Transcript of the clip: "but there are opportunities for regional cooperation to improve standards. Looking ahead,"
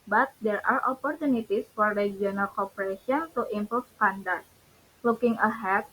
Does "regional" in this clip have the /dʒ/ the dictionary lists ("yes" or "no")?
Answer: no